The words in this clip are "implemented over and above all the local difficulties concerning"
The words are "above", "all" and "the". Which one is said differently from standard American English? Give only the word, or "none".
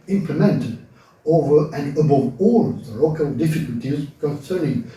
none